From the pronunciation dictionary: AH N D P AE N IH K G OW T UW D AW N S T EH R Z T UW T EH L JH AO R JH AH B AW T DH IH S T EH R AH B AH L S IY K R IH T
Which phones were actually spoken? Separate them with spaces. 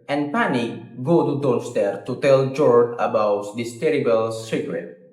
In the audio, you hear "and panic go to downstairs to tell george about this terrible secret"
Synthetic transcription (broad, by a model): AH N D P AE N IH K G OW T UW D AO L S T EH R T UW T EH L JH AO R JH AH B AW T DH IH S T EH R AH B AH L S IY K R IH T